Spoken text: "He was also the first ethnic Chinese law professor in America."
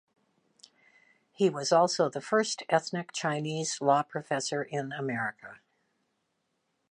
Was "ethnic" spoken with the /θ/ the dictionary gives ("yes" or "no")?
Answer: yes